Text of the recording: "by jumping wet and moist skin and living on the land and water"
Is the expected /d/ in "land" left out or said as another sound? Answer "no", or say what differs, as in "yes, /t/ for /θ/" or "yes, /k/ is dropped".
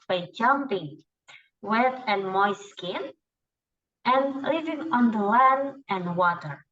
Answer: yes, /d/ is dropped